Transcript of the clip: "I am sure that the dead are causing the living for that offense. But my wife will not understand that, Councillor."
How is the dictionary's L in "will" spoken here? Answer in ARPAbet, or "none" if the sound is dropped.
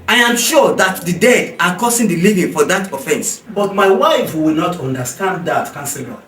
W